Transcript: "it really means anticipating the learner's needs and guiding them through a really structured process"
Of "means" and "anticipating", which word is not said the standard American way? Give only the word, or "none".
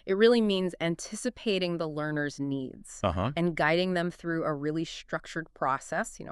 none